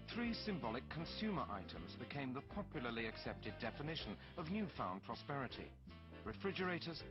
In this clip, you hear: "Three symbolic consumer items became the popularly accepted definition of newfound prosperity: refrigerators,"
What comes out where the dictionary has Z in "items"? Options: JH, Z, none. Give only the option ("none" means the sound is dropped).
Z